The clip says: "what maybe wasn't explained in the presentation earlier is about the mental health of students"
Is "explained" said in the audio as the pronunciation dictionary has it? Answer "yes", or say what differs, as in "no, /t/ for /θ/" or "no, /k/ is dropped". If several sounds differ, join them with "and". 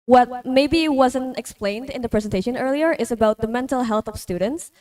yes